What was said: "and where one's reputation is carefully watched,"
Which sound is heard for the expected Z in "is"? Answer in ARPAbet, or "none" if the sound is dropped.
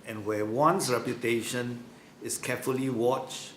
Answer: S